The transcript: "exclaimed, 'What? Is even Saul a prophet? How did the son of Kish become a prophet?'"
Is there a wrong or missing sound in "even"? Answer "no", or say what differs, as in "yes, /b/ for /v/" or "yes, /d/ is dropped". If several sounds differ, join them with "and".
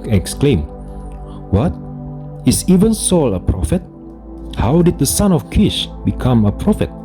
no